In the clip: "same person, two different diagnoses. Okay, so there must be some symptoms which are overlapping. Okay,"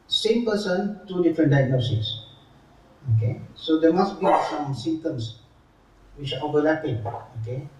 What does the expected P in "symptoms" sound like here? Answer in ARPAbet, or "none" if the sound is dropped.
none